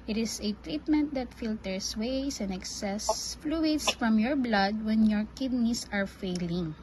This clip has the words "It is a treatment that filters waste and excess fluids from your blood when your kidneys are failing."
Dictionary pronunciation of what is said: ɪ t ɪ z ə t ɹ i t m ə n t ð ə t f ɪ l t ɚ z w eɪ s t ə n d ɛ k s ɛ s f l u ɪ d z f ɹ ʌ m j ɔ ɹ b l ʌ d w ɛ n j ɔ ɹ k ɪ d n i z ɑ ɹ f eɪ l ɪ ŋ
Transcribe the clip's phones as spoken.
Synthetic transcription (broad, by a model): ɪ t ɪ s ə t ɹ i t m ə n t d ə t f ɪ l t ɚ s w eɪ s ə n d ɛ k s ɛ s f l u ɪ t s f ɹ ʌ m j ɔ ɹ b l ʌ d w ɛ n j ɔ ɹ k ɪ d n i s ɑ ɹ f eɪ l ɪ ŋ